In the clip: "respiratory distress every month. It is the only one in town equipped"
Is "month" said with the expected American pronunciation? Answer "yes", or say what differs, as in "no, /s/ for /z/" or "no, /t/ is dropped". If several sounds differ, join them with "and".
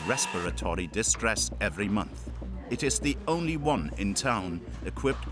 yes